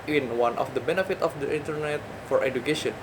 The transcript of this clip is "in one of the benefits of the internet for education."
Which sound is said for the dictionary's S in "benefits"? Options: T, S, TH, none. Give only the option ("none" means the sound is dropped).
none